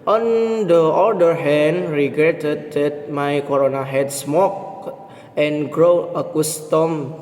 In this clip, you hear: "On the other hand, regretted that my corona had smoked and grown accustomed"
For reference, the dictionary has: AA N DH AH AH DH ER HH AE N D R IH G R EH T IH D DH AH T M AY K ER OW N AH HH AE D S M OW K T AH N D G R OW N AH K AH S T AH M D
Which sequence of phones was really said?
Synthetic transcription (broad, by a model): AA N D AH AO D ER HH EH N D R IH G R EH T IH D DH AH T M AY K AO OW N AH HH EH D S M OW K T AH N G R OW AH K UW S T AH M